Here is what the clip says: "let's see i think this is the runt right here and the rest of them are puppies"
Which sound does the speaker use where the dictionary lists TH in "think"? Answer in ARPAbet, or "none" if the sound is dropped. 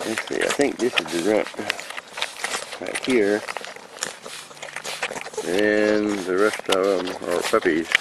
TH